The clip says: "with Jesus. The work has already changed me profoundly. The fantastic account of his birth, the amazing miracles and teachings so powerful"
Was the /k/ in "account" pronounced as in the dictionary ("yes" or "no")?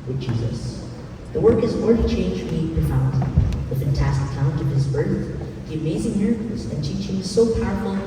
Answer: no